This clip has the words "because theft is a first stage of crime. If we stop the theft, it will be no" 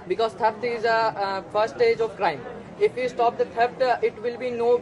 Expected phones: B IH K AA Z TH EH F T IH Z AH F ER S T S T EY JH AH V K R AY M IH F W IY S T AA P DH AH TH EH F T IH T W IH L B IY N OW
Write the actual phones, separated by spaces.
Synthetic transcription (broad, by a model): B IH K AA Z T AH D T IH Z AH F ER T S T EY JH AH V K R AY M IH F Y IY S T AA P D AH T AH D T IH T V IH L B IY N OW